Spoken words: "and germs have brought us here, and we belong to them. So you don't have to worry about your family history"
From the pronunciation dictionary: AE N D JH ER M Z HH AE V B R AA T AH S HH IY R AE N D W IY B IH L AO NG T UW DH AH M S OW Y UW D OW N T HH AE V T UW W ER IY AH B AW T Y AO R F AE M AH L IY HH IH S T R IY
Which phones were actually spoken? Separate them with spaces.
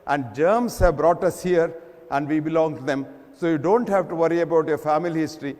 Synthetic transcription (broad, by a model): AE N D JH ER M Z HH AE V B R AA T AH S HH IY R AE N D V IY B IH L AO NG T UW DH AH M S OW Y UW D OW N T HH AE V T UW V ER IY AH B AW T Y AO R F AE M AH L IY HH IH S T R IY